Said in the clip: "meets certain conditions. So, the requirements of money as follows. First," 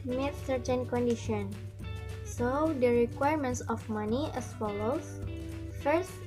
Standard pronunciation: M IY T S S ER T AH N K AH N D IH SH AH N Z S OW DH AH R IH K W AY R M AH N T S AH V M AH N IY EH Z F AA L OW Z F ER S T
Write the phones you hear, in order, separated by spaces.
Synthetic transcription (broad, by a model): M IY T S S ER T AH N K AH N D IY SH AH N S OW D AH R IH K W AY R M AH N T S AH F M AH N IY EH S F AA L OW S F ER S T